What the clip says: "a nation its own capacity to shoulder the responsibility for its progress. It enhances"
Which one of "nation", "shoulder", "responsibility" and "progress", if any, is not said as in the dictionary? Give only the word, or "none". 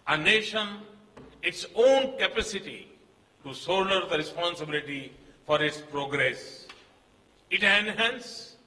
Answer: shoulder